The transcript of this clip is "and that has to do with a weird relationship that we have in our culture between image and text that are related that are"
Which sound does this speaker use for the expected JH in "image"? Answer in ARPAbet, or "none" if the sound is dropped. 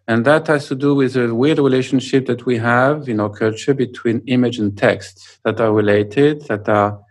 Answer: JH